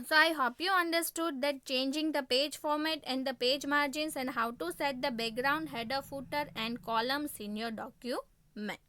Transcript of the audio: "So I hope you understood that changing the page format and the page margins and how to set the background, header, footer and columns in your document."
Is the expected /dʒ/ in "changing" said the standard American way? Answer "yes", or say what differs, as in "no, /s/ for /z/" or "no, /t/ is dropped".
yes